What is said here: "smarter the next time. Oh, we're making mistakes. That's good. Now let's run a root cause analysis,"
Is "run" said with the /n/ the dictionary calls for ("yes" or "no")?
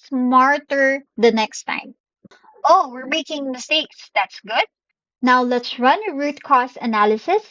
yes